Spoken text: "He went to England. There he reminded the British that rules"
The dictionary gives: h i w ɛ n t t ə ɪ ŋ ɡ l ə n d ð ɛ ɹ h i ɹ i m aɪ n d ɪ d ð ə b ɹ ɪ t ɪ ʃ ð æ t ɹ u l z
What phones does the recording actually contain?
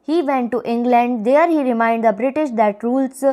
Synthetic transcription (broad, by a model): h i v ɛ n t t ɪ ŋ ɡ l ə n d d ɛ ɹ h i ɹ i m aɪ n d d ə b ɹ ɪ t ɪ ʃ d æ t ɹ u l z